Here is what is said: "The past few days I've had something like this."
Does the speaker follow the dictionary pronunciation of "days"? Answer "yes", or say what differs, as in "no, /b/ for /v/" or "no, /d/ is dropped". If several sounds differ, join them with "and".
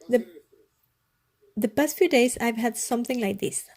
no, /s/ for /z/